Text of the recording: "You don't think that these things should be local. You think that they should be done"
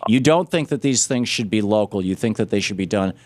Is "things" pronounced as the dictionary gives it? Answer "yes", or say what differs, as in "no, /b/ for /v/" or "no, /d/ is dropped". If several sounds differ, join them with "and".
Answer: yes